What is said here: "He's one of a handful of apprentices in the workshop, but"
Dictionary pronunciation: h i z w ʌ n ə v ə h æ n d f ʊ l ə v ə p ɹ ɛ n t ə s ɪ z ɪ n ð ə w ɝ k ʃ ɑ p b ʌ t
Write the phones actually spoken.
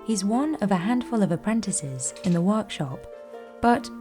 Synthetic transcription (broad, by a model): h i z w ʌ n ə v ə h æ n d f ʊ l ə v ə p ɹ ɛ n t ə s ɪ z ɪ n ð ə w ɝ k ʃ ɑ p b ʌ t